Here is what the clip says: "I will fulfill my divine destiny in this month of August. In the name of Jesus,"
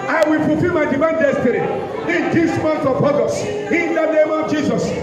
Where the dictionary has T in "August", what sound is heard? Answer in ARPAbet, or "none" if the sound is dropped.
none